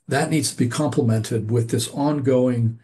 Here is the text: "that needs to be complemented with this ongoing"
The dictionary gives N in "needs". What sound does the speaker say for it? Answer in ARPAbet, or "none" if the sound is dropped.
N